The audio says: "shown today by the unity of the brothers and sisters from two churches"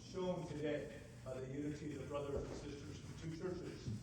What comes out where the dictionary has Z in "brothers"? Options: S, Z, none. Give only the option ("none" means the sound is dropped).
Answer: none